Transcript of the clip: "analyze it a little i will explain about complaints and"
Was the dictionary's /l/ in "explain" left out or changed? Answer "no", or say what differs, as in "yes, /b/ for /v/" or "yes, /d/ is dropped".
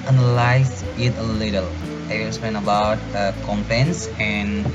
yes, /l/ is dropped